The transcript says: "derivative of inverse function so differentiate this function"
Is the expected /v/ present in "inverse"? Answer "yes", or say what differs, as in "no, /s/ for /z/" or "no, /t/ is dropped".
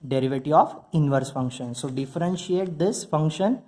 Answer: yes